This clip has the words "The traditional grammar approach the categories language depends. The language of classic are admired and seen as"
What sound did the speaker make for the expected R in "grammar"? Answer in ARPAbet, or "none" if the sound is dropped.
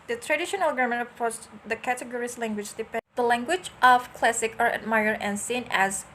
none